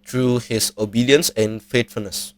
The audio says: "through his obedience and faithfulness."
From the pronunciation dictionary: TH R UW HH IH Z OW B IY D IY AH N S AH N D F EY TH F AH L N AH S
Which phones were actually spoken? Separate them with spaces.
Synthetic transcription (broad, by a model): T R UW HH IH S OW B IY D IY AH N S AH N F EY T F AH L N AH S